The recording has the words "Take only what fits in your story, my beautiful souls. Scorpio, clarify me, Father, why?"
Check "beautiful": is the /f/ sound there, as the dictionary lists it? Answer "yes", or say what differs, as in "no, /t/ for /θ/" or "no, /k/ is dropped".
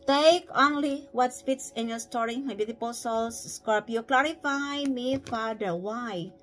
no, /p/ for /f/